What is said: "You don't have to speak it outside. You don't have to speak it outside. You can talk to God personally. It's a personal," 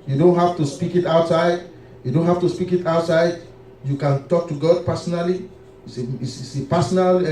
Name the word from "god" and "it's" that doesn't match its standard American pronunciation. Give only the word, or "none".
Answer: it's